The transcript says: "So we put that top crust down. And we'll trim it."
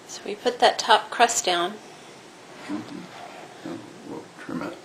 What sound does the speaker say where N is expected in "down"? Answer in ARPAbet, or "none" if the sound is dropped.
none